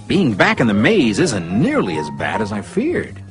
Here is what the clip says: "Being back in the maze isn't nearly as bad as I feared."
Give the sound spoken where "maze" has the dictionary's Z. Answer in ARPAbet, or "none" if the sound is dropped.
Z